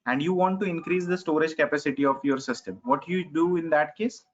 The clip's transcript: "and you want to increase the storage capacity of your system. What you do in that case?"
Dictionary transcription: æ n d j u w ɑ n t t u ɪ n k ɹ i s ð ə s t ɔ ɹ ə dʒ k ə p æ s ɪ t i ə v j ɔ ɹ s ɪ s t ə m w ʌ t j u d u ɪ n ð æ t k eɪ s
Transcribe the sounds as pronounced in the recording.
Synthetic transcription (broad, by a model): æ n d j u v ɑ n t t u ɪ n k ɹ i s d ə s t ɔ ɹ ə dʒ k ə p æ s ɪ t i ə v j ɔ ɹ s ɪ s t ə m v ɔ t j u d u ɪ n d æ t k eɪ s